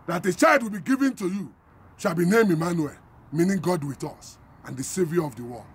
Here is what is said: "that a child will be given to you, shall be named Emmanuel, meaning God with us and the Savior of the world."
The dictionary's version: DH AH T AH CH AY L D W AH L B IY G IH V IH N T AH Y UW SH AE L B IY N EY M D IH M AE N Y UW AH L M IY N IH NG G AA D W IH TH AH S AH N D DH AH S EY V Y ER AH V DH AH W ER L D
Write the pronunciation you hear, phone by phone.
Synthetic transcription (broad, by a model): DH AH T AH CH AY L D W AH L B IY G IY V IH N T AH Y UW SH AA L B IY N EY M IH M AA N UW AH L M IY N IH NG G AA D W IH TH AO S AH N D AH S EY V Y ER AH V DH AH W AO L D